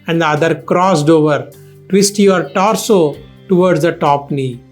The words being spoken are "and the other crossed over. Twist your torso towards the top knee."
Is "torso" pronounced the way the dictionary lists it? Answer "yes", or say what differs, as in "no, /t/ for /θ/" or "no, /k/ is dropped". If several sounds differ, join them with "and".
yes